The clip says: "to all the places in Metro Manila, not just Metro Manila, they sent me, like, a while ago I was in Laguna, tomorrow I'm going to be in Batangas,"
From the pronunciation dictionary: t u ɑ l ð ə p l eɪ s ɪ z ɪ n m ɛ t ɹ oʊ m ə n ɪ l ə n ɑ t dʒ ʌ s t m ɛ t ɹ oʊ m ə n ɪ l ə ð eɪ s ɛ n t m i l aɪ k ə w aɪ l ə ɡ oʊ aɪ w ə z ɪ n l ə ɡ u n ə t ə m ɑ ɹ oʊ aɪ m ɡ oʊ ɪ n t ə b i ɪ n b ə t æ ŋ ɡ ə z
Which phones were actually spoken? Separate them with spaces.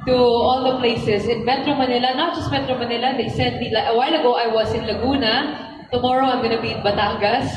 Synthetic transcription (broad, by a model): t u ɑ l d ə p l eɪ s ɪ s ɪ n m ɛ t ɹ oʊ m ə n ɪ l ə n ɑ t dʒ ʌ s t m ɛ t ɹ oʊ m ə n ɪ l ə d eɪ s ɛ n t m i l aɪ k ə w aɪ l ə ɡ oʊ aɪ w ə s ɪ n l ə ɡ u n ə t ə m ɑ ɹ oʊ aɪ m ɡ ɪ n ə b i ɪ n b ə t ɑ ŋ ɡ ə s